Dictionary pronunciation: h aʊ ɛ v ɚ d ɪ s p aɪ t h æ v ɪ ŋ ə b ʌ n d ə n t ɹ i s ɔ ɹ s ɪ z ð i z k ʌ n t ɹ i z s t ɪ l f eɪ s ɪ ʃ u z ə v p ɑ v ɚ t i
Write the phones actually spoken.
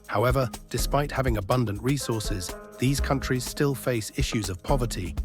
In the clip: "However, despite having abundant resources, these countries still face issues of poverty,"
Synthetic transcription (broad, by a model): h aʊ ɛ v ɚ d ɪ s p aɪ t h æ v ɪ ŋ ə b ʌ n d ə n t ɹ i s ɔ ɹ s ɪ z ð i z k ʌ n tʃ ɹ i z s t ɪ l f eɪ s ɪ ʃ u z ə v p ɑ v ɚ t i